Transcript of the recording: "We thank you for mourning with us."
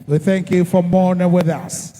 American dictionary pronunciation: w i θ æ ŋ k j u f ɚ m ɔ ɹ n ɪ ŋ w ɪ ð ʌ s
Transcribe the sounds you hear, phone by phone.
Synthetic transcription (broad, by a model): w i θ æ ŋ k j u f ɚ m ɔ ɹ n ɪ ŋ w ɪ ð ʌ s